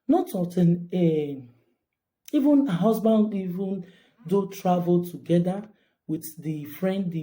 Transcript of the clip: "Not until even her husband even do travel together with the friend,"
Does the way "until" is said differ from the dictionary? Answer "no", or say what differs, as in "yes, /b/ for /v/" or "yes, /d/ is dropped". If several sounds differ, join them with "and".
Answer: yes, /n/ is dropped and /n/ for /l/